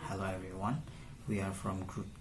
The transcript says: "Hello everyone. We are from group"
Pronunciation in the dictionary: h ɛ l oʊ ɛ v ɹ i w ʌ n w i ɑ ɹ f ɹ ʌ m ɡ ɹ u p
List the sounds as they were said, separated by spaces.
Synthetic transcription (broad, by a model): h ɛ l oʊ ɛ v ɹ i w ʌ n w i ɑ ɹ f ɹ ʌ m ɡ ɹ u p